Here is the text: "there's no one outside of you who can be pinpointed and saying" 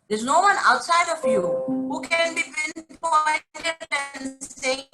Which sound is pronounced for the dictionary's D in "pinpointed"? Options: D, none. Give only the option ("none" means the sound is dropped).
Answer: none